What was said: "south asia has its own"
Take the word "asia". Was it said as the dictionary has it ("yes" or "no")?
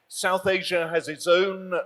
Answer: yes